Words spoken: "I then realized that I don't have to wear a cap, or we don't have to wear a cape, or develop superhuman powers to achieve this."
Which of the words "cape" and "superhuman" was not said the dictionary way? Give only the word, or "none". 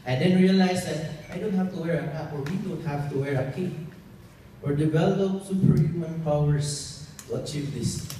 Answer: cape